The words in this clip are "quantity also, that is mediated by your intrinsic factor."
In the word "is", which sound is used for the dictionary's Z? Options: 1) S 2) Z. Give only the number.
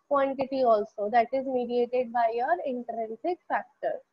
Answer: 2